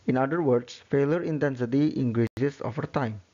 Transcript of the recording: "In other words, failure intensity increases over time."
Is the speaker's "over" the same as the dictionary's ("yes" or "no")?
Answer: no